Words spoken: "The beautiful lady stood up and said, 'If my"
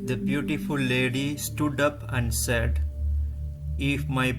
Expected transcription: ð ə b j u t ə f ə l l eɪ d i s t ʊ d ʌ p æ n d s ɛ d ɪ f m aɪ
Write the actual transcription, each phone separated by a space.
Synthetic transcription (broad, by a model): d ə b j u t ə f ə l l eɪ d i s t ʊ d ʌ p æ n d s ɛ d ɪ f m aɪ